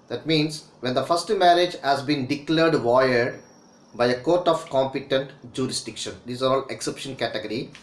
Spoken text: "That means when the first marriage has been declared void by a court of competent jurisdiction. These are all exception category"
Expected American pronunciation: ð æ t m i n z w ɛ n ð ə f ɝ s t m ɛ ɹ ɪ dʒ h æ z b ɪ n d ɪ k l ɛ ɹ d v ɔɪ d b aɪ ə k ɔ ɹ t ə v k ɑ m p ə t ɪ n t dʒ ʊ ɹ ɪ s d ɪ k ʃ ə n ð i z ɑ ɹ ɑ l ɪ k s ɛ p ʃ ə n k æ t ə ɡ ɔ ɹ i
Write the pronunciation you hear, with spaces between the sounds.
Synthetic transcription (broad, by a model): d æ t m i n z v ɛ n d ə f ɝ s t m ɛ ɹ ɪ dʒ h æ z b ɪ n d ɪ k l ɛ ɹ d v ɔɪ d b aɪ ə k ɔ ɹ t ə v k ɑ m p ə t ɪ n t dʒ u ɹ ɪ s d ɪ k ʃ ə n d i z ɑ ɹ ɑ l ɪ k s ɛ p ʃ ə n k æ t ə ɡ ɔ ɹ i